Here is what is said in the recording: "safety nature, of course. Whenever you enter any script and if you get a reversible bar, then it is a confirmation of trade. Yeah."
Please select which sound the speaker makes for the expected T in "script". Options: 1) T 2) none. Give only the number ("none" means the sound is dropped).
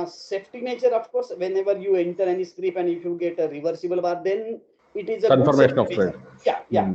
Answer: 2